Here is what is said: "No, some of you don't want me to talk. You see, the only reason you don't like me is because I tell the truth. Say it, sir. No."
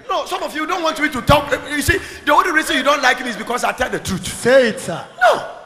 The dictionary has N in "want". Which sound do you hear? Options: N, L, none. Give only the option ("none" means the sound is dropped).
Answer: N